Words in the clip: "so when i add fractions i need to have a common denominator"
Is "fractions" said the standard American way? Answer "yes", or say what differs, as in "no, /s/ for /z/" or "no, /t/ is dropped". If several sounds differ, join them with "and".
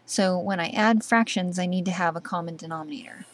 yes